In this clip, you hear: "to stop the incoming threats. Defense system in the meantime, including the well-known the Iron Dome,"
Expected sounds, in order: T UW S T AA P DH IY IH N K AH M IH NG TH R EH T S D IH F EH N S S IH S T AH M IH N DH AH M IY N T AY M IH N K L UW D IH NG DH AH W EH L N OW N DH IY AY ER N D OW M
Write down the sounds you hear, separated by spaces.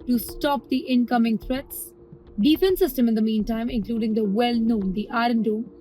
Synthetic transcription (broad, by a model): T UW S T AA P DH IY IH N K AH M IH NG T R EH T S D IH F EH N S S IH S T AH M IH N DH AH M IY N T AY M IH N K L UW D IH NG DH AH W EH L N OW N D IY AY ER N D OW